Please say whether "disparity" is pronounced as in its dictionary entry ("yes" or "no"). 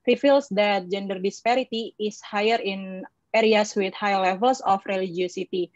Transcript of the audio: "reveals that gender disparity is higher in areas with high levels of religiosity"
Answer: yes